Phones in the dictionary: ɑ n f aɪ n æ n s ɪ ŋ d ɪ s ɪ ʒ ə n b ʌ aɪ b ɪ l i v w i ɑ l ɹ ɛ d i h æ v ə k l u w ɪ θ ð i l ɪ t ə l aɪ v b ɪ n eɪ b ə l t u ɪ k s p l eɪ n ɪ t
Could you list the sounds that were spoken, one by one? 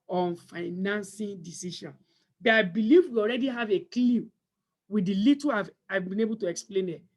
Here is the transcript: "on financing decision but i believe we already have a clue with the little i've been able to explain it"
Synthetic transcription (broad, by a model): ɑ n f aɪ n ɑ n s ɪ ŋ d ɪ s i ʃ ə n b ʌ aɪ b ɪ l i v w i ɑ l ɹ ɛ d i h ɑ v ə k l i w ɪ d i l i t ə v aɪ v b ɪ n eɪ b ə l t u ɪ k s p l eɪ n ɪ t